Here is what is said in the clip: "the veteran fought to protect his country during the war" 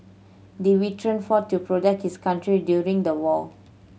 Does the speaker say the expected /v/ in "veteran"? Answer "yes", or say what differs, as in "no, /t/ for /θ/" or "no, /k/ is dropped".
no, /w/ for /v/